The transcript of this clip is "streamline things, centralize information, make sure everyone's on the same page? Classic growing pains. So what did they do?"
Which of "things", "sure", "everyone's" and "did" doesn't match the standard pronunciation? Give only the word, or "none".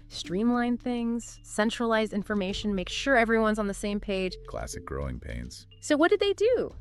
none